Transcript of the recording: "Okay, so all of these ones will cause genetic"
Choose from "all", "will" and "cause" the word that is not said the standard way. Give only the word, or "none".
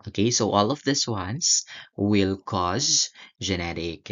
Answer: none